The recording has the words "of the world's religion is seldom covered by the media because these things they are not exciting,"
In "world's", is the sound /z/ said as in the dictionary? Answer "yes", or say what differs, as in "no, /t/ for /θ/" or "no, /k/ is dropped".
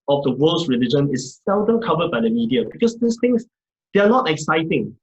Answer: no, /s/ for /z/